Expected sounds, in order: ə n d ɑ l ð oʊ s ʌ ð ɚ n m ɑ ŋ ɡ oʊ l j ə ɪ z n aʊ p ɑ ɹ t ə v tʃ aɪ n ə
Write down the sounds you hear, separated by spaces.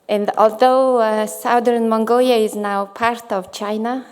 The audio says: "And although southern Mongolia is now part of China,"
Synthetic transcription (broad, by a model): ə n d ɑ l ð oʊ s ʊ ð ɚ n m ɑ ŋ ɡ oʊ l j ə ɪ z n aʊ p ɑ ɹ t ə v tʃ aɪ n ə